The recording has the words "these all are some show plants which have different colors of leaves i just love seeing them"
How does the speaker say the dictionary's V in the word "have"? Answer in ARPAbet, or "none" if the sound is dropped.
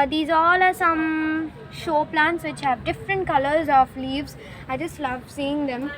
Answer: V